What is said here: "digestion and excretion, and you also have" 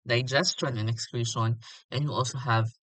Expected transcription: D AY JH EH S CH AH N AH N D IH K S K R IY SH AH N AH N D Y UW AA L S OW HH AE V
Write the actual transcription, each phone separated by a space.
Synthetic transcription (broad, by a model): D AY JH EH S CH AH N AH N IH K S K L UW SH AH N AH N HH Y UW AA L S OW HH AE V